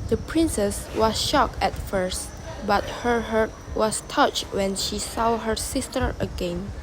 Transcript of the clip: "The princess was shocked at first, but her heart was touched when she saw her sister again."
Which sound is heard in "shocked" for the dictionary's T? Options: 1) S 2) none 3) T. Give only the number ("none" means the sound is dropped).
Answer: 2